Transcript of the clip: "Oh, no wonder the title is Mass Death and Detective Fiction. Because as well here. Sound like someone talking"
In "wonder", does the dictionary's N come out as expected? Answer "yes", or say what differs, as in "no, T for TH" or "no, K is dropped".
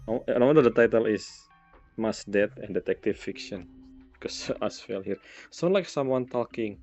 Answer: no, N is dropped